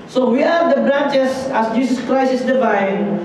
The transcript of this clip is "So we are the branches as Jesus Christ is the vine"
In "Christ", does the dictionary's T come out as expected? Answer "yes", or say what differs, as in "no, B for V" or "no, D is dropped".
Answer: no, T is dropped